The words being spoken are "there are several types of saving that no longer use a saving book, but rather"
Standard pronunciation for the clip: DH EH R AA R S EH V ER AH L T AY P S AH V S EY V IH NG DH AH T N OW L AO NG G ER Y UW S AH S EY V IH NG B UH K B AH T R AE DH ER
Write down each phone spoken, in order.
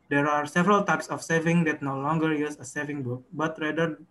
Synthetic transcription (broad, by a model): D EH R AA R S EH V ER AH L T AY P S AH F S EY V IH NG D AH T N OW L AO NG G ER Y UW S AH S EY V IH NG B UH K B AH T R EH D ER